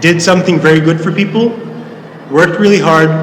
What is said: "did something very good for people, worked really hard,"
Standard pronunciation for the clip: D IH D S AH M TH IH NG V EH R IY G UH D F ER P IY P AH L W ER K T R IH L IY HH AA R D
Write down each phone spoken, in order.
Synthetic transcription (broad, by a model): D IH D S AH M TH IH NG V EH R IY G UH D F ER P IY P L W ER K T R IH L IY HH AA R D